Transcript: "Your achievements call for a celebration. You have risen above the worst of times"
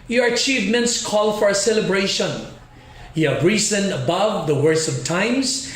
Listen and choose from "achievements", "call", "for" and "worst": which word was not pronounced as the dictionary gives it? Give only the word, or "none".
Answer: worst